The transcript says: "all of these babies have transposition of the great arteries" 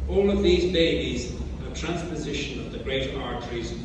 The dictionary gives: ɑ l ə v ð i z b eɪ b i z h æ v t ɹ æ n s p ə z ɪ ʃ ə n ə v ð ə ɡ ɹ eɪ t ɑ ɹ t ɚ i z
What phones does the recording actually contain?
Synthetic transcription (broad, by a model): ɑ l ə v ð i z b eɪ b i z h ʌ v t ɹ æ n s p ə z ɪ ʃ ə n ə v ð ə ɡ ɹ eɪ t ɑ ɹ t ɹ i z